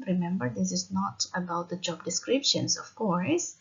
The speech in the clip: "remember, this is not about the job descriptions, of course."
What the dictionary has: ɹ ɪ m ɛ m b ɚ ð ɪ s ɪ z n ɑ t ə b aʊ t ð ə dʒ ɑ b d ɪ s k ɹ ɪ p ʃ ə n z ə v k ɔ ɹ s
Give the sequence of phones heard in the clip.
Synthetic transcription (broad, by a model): ɹ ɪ m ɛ m b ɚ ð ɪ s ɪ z n ɑ t ə b aʊ t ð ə dʒ ɑ b d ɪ s k ɹ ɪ p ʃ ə n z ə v k ɔ ɹ s